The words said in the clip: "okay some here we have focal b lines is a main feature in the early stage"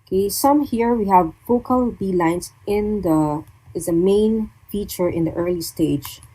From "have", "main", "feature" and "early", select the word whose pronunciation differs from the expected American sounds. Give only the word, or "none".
none